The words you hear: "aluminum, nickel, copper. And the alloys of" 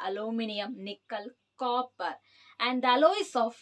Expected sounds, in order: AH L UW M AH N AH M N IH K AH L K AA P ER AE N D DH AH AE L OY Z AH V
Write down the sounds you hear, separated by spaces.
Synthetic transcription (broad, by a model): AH L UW M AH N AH M N IH K AH L K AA P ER AE N D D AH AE L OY S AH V